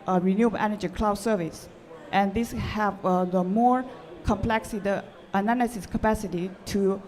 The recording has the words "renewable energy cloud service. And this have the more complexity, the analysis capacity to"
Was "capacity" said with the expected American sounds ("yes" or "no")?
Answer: yes